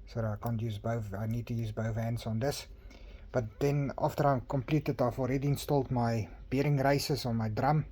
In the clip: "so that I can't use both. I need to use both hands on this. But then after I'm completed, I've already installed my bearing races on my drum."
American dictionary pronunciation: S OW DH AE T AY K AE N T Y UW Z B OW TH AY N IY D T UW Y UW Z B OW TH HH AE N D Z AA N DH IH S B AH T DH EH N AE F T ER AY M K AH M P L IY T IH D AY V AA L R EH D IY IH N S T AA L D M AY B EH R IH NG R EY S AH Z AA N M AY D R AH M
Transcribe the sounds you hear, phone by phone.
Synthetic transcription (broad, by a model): S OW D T AY K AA N T Y UW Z B OW TH AY N IY D T UW Y UW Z B OW TH HH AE N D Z AA N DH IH S B AH T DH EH N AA F T ER AY M K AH M P L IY T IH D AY F AA L R EH D IY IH N S T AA L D M AY B EH R IH NG R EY S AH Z AA N M AY D R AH M